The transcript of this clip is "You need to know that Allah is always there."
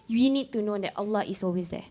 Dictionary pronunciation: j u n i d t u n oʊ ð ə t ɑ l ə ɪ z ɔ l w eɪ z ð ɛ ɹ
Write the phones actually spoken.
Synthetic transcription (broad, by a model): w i n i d t u n oʊ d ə t ɑ l ə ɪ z ɔ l w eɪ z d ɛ